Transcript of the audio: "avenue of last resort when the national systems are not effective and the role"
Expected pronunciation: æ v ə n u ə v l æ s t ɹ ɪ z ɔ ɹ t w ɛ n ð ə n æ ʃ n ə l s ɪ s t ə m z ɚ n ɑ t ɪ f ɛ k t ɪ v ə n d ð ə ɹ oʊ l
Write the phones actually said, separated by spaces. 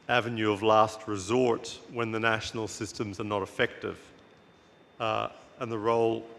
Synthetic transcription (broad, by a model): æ v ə n u ə v l æ s t ɹ ɪ z ɔ ɹ t w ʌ n ð ə n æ ʃ n l s ɪ s t ə m z ɚ n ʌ t ɪ f ɛ k t ɪ v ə n ð ə ɹ oʊ l